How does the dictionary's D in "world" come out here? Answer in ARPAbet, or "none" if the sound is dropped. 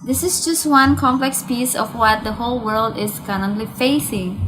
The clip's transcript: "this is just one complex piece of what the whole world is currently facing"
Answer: D